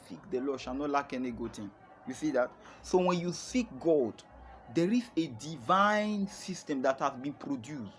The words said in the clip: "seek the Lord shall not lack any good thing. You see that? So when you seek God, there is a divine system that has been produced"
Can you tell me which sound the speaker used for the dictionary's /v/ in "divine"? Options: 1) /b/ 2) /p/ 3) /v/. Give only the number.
3